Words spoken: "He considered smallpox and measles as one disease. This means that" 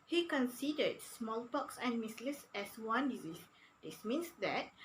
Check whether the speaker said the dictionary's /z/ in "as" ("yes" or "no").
no